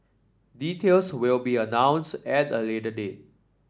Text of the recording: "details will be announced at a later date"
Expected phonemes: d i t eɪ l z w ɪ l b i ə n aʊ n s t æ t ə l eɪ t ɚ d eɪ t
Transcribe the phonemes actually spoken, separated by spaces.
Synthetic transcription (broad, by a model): d i t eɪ l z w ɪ l b i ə n aʊ n s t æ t ə l eɪ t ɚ d eɪ